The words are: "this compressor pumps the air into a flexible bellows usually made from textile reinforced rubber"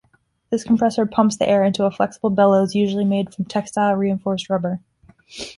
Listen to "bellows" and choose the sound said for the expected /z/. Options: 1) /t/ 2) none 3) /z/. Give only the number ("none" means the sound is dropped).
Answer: 3